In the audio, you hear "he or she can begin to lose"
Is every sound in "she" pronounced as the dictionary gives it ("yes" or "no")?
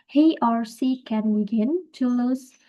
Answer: no